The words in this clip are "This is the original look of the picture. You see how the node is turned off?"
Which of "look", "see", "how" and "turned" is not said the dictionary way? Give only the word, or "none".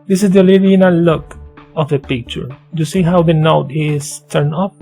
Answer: turned